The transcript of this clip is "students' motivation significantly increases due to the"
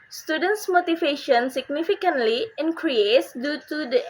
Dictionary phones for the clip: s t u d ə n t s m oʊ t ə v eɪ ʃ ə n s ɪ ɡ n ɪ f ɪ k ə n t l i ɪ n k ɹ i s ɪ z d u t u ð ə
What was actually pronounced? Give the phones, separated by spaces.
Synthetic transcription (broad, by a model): s t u d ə n t s m oʊ t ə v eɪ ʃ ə n s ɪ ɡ n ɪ f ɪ k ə n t l i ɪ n k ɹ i ɪ s d u t u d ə